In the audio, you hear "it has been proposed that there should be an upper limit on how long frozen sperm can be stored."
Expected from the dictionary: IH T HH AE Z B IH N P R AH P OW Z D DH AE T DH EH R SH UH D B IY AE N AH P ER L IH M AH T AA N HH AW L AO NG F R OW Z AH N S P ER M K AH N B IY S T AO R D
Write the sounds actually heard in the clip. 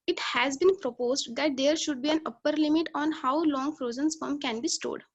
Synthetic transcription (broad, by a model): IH T HH AE Z B IH N P R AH P OW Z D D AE T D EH R SH UH D B IY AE N AH P ER L IH M AH T AA N HH AW L AO NG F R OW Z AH N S F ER M K AH N B IY S T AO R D